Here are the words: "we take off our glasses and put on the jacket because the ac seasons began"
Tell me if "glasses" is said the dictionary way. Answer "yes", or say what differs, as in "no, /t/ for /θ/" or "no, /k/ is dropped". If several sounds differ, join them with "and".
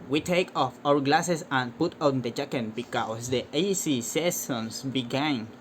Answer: no, /s/ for /z/